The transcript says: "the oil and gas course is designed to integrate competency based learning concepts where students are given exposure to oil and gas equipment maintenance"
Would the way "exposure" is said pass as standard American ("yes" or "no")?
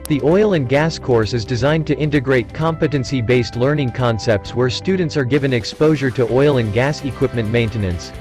yes